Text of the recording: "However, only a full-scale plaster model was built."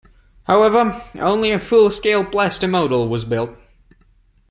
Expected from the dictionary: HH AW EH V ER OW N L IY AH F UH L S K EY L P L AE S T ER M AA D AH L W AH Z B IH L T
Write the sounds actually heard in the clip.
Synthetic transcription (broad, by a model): HH AW EH V ER OW N L IY AH F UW L S K EY L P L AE S T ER M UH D L W AH Z B IH L T